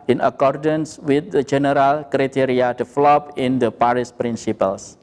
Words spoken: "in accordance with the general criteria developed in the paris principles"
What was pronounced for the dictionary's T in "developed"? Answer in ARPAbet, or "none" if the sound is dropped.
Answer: none